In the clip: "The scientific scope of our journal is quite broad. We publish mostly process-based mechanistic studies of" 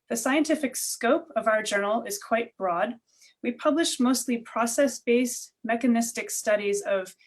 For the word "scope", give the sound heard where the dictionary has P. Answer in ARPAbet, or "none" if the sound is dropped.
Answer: P